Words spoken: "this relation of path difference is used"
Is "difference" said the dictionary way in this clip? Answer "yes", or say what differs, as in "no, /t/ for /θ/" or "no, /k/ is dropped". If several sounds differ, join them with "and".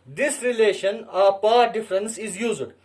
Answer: yes